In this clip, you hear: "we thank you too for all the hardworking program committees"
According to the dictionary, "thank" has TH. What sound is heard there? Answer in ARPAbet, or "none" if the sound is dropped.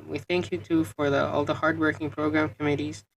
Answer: TH